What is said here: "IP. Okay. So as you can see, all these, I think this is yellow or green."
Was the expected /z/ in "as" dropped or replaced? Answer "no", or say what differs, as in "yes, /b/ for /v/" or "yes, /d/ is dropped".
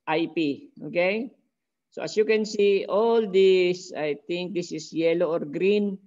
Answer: yes, /s/ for /z/